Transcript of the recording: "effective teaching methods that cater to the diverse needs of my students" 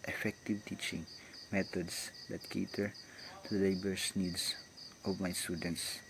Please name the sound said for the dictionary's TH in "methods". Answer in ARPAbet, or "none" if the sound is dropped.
T